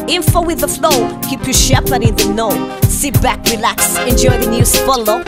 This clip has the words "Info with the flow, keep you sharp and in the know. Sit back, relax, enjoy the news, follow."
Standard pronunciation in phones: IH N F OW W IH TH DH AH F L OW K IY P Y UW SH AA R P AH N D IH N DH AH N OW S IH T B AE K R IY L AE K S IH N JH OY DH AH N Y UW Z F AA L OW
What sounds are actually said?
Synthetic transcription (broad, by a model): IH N F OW W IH DH AH F L OW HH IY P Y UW SH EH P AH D IH N DH AH N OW S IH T B AE K R IY L AE K S IH N JH OY DH AH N Y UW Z F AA L OW